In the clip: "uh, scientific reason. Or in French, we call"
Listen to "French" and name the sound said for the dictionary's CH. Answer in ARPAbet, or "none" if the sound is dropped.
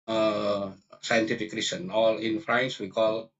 S